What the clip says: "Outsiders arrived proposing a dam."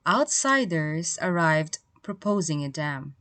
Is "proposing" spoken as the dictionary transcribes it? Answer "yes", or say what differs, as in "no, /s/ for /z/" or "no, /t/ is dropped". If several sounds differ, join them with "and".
yes